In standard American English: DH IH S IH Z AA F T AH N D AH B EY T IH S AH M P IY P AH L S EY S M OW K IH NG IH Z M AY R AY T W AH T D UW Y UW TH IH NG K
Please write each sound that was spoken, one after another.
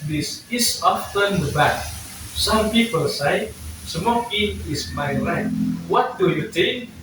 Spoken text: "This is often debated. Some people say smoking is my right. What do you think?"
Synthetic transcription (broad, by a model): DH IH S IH S AA F T AH N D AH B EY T S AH M P IY P AH L S EY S M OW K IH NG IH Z M AY L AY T W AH T D UW Y UW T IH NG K